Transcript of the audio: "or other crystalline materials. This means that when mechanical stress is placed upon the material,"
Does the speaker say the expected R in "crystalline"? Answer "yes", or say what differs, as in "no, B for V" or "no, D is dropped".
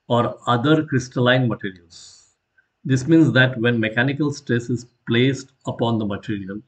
yes